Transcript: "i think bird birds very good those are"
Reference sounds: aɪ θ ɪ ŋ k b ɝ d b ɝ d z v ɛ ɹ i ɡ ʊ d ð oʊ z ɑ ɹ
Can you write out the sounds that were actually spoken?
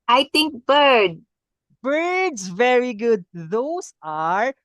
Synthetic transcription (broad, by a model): aɪ t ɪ ŋ k b ɝ d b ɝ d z v ɛ ɹ i ɡ ʊ d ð oʊ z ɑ ɹ